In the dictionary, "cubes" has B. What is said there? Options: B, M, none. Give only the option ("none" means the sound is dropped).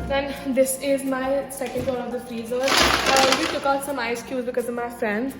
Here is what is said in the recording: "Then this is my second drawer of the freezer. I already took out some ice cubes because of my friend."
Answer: none